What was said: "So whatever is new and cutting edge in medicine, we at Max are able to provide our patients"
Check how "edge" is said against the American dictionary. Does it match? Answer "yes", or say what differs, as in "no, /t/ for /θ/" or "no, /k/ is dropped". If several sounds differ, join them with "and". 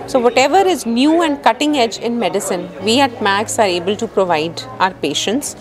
yes